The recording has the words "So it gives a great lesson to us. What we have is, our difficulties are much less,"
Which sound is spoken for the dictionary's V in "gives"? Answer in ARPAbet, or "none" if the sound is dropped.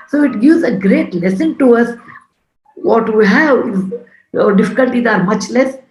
none